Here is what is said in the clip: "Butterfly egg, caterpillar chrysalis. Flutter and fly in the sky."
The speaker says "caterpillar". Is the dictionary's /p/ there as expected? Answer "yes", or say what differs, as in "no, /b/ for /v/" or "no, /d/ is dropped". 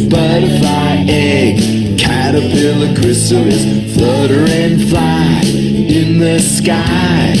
no, /b/ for /p/